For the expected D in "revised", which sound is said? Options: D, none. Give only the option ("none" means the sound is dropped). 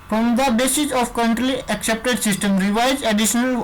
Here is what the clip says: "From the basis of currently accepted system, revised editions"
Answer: none